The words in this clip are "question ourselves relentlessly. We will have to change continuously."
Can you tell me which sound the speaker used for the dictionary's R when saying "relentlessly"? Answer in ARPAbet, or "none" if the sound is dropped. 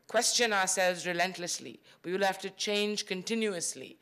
R